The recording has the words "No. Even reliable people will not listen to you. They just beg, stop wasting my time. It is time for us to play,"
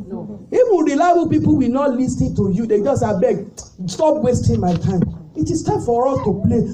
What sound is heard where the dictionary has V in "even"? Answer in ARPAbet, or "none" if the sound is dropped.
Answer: W